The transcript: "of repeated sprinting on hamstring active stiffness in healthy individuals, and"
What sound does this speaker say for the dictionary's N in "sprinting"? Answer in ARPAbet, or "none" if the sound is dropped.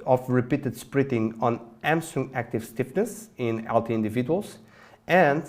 none